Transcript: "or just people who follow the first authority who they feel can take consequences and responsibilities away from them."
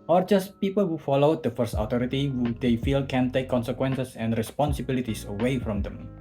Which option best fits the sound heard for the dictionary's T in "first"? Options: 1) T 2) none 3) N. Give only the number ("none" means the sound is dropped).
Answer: 1